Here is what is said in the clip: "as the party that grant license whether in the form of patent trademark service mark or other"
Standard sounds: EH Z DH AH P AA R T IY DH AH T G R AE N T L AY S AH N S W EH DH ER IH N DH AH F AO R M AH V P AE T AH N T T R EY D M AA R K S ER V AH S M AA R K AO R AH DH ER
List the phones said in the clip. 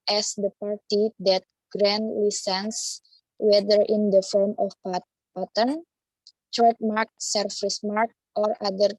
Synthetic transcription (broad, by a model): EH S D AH P AA R T IY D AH T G R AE N L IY S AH N S W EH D ER IH N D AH F AO R M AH F P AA T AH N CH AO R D M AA R K S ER F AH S M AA R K AO R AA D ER